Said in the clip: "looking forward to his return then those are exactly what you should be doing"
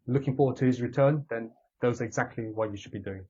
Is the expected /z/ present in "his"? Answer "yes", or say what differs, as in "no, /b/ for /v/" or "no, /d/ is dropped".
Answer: yes